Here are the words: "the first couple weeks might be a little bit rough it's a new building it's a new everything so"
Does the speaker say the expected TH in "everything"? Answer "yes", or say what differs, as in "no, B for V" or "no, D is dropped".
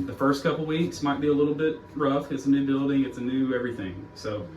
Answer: yes